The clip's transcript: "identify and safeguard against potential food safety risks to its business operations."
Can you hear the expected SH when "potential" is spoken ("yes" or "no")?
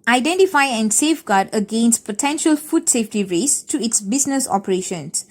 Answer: yes